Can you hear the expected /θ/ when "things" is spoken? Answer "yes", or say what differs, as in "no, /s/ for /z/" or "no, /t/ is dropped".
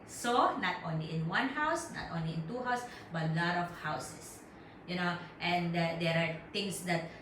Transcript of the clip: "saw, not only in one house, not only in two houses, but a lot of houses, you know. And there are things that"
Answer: no, /t/ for /θ/